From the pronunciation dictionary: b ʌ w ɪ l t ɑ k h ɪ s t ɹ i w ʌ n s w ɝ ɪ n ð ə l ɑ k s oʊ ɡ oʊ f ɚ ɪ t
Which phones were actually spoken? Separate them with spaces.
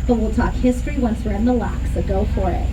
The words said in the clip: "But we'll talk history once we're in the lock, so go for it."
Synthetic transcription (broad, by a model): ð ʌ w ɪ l t ɑ k h ɪ s t ɹ i w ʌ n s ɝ ɪ n ð ə l ɑ k s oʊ ɡ oʊ f ɚ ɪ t